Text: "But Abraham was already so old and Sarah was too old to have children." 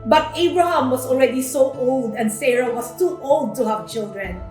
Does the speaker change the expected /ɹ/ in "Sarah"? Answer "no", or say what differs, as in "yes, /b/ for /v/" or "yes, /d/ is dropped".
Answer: no